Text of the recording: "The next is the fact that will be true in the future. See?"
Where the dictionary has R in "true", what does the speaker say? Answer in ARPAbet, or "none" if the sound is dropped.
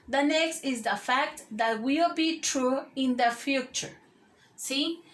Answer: R